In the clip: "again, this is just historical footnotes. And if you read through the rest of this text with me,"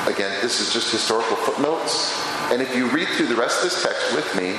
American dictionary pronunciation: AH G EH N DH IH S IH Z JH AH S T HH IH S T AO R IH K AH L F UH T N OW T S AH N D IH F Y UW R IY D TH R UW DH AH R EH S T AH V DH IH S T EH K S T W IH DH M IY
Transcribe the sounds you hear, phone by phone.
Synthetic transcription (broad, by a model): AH G EH N DH IH S IH Z JH AH S T HH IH S T AO R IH K L F UH T N OW T S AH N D IH F Y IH R IY D TH R UW DH AH R EH S T AH V DH IH S T EH K S T W IH DH M IY